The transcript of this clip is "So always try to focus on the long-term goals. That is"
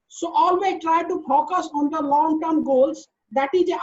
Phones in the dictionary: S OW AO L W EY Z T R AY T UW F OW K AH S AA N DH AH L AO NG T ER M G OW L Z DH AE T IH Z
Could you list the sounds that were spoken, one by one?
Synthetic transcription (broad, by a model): S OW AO L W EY T R AY T UW F OW K AH S AA N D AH L AO NG T ER M G OW L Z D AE T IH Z